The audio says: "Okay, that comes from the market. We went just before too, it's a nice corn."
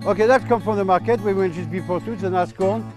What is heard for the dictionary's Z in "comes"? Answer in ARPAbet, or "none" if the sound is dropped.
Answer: none